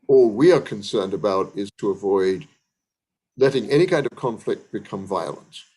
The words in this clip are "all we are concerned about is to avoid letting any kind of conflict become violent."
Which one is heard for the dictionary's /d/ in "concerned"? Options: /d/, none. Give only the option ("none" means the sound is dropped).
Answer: /d/